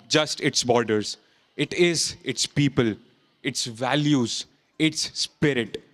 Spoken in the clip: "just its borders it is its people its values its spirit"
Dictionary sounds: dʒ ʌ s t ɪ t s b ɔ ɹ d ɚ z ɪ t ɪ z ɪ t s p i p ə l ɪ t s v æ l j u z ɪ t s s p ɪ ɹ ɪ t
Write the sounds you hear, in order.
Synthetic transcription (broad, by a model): dʒ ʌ s t ɪ t s b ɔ ɹ d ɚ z ɪ t ɪ z ɪ t s p i p ə l ɪ t s v æ l j u z ɪ t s s p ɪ ɹ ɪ t